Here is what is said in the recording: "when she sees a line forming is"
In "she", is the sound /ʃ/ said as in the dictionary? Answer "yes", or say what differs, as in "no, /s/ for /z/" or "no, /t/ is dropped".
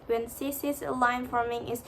no, /s/ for /ʃ/